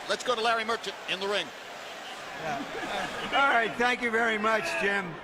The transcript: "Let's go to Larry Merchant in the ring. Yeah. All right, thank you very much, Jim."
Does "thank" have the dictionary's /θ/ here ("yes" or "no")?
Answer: yes